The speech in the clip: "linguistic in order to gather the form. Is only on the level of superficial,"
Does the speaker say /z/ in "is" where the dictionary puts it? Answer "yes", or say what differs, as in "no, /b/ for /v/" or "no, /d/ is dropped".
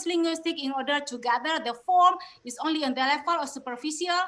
no, /s/ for /z/